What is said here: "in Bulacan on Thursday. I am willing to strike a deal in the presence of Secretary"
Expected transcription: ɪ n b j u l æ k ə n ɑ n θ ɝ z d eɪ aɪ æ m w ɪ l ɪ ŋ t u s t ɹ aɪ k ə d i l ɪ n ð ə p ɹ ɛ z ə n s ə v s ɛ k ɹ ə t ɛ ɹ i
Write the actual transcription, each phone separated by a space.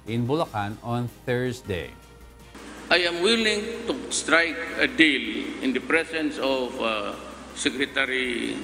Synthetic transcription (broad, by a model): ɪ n b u l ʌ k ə n ɑ n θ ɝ s d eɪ aɪ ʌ m w ɪ l ɪ ŋ t u s t ɹ aɪ k ə d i l ɪ n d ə p ɹ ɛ s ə n s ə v s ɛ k ɹ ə t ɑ ɹ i